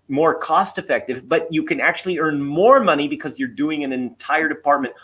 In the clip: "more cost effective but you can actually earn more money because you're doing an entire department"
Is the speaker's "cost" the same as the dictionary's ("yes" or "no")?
yes